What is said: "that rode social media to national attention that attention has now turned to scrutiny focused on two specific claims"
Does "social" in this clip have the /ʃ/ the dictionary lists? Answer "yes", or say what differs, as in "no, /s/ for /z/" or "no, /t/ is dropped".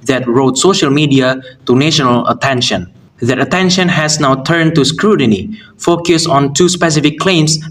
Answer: yes